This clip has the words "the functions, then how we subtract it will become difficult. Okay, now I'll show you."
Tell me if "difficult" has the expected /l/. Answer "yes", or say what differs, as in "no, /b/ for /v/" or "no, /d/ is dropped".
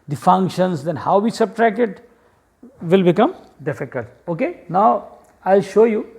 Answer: no, /l/ is dropped